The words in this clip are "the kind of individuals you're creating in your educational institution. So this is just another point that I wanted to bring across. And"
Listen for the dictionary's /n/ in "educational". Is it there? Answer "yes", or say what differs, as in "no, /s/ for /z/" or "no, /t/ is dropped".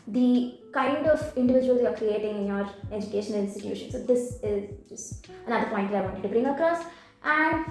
no, /n/ is dropped